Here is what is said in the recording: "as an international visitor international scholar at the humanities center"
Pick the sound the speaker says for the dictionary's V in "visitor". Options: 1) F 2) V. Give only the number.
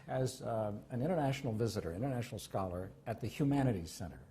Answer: 2